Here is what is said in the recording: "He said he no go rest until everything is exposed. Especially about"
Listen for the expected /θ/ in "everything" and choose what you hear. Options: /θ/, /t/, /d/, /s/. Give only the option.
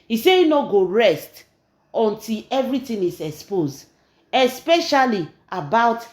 /t/